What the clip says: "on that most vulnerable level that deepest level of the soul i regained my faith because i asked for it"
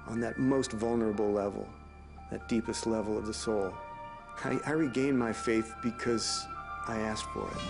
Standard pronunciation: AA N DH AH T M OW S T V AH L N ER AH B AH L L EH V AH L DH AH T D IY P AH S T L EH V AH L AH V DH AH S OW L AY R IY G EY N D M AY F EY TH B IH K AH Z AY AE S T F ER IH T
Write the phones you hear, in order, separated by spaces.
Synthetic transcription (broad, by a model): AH N DH AH T M OW S T V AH L N ER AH B L L EH V L DH AH T D IY P AH S T L EH V L AH V DH AH S OW L AY R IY G EY N M AY F EY TH B IH K AH Z AY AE S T F ER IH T